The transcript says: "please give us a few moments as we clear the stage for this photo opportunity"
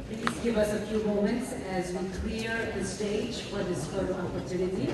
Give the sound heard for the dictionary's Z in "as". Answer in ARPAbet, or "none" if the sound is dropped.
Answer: Z